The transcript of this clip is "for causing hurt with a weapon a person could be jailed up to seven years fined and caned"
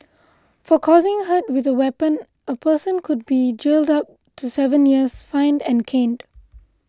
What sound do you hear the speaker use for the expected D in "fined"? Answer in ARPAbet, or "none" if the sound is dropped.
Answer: D